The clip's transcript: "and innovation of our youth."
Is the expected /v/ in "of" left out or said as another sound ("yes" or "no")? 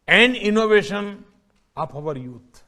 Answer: yes